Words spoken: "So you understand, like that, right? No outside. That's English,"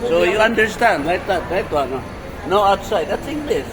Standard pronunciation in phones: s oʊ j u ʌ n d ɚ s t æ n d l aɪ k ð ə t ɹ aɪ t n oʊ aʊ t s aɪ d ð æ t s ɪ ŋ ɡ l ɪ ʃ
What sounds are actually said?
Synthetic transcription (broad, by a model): s oʊ j u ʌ n d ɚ s t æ n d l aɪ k ð ə t l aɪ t n oʊ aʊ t s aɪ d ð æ t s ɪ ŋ ɡ l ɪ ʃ